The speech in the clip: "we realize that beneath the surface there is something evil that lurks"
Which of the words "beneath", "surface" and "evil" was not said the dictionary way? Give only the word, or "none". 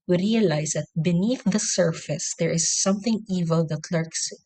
none